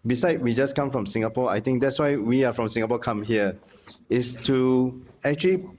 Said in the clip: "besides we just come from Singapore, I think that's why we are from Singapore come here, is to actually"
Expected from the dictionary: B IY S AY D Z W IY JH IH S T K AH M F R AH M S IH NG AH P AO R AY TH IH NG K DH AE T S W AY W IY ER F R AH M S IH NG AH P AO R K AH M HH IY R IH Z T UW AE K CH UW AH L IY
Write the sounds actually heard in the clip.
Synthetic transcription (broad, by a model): B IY S AY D W IY JH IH S K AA M F R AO M S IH NG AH P AO AY T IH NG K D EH T S W AY W IY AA F R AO M S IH NG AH P AO K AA M HH IY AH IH S T UW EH K CH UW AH L IY